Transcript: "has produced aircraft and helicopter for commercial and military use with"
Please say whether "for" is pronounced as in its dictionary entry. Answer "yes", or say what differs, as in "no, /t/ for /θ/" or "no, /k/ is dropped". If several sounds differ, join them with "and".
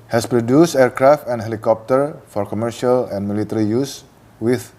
yes